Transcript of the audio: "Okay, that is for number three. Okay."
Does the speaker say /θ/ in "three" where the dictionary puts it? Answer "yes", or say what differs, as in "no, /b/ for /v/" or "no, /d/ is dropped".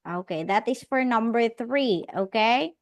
yes